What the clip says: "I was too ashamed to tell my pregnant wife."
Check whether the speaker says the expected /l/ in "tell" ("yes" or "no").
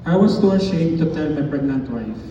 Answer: no